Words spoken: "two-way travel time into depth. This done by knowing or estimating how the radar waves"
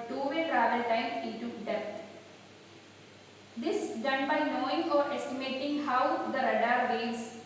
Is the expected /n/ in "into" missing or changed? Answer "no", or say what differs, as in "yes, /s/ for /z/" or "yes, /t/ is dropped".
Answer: yes, /n/ is dropped